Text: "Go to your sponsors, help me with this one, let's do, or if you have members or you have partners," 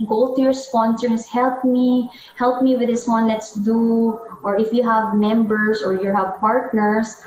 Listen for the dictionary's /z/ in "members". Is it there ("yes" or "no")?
no